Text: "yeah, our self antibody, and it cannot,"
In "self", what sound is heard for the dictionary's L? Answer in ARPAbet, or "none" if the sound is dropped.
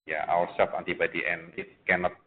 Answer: none